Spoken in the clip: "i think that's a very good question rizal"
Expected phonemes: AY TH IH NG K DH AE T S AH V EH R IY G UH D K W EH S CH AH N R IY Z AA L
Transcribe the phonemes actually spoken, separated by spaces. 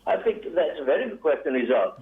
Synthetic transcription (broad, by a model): AY TH IH NG K DH AE T S AH V EH R IY G UH D K W EH S CH AH N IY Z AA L